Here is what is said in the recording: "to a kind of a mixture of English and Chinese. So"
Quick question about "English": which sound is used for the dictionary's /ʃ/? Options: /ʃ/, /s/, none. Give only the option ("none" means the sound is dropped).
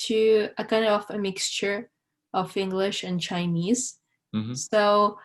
/ʃ/